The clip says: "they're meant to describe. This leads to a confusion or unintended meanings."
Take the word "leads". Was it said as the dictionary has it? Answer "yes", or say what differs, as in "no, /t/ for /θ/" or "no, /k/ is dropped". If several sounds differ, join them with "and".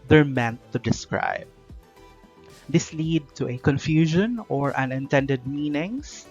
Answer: no, /z/ is dropped